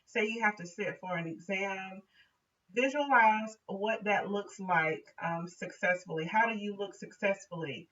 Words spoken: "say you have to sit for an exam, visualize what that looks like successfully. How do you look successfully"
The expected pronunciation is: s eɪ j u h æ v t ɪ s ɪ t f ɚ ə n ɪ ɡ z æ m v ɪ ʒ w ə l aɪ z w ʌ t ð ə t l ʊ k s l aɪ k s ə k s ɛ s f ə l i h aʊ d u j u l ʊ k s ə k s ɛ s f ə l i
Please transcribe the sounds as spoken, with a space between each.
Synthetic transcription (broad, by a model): s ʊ j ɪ h æ f t ɪ s ɪ t f ɚ ə n ɪ ɡ z æ m v ɪ ʒ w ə l aɪ z w ʌ t ð ə t l ʊ k s l aɪ k s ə k s ɛ s f l i h aʊ d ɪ j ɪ l ʊ k s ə k s ɛ s f l i